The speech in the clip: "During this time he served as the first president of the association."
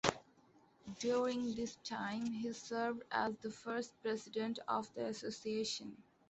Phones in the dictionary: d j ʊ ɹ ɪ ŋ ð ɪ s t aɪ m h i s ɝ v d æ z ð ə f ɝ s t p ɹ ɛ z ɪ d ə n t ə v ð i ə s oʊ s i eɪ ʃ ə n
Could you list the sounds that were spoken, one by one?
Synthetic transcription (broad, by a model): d j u ɹ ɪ ŋ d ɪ s t aɪ m h i s ɝ v d æ z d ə f ɝ s t p ɹ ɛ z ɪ d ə n t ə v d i ə s oʊ s i eɪ ʃ ə n